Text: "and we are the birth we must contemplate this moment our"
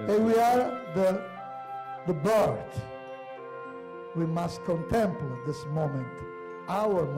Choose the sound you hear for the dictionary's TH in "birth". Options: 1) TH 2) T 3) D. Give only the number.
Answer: 2